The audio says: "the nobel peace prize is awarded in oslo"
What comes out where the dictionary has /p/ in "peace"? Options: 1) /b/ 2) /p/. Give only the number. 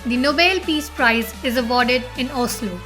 2